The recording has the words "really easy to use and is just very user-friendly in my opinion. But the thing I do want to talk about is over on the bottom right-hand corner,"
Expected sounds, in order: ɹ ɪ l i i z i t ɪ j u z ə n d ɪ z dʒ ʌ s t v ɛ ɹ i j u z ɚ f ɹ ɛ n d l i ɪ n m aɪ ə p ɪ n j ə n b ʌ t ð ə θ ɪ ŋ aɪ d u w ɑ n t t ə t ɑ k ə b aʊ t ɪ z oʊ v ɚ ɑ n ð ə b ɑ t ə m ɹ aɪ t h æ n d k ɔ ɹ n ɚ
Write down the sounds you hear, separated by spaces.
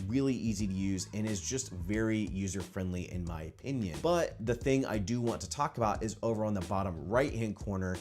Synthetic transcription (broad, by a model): ɹ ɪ l i i z i t ɪ j u z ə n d ɪ z dʒ ʌ s t v ɛ ɹ i j u z ɚ f ɹ ɛ n d l i ɪ n m aɪ ə p ɪ n j ə n b ʌ t ð ə θ ɪ ŋ aɪ d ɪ w ɑ n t t ə t ɑ k ə b aʊ t ɪ z oʊ v ɚ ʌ n ð ə b ɑ t ə m ɹ aɪ t h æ n k ɔ ɹ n ɚ